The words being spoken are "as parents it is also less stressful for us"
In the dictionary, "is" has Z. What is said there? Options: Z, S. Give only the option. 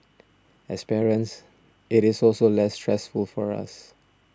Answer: S